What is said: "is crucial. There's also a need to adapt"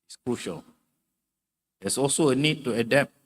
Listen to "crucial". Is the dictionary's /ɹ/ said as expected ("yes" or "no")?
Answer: yes